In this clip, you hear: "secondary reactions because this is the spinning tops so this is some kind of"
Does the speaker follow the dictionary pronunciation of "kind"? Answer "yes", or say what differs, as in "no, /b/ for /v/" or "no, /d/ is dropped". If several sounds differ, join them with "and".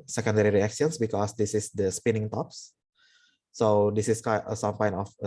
no, /d/ is dropped